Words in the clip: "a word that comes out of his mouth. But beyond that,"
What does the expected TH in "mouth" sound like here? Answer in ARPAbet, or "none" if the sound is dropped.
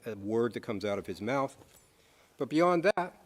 TH